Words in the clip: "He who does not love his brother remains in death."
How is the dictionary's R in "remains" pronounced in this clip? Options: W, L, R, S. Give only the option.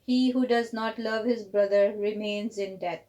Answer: R